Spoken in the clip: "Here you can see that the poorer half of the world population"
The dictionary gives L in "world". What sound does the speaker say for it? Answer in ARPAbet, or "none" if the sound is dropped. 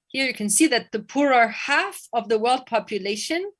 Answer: L